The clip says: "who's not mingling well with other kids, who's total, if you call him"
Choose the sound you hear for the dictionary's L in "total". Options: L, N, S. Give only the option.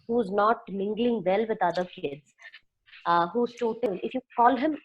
N